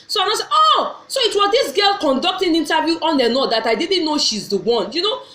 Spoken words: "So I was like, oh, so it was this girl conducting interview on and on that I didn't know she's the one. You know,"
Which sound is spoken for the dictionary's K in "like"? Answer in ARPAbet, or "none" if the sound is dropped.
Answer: none